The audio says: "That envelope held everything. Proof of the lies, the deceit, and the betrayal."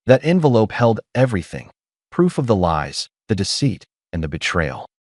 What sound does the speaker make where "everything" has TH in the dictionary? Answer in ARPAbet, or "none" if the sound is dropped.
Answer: TH